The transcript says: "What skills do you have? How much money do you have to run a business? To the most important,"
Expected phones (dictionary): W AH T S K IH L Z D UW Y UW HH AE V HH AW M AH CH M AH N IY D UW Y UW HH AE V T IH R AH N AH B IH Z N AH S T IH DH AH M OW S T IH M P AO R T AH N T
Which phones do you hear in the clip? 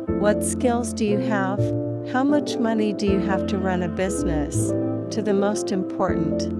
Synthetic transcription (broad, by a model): W AH T S K IH L Z D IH Y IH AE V HH AW M AH CH M AH N IY D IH Y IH HH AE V T IH R AH N AH B IH Z N AH S T IH DH AH M OW S T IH M P AO R T N T